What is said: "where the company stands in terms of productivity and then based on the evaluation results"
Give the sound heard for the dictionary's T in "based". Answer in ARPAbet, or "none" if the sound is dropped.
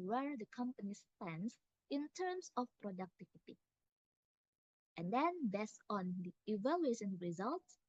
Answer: none